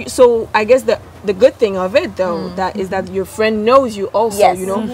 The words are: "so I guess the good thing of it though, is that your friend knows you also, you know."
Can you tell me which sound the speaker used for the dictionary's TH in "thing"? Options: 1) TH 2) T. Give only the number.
1